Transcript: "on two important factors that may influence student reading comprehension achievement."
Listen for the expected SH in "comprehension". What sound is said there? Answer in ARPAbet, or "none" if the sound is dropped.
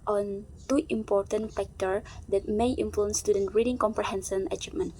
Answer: S